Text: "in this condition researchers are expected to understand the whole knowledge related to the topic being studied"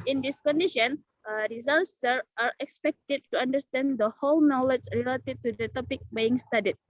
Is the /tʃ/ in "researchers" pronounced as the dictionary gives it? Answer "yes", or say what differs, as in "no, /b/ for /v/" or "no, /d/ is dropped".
no, /s/ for /tʃ/